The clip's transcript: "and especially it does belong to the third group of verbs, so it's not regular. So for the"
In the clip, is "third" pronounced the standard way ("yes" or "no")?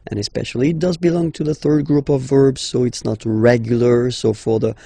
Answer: yes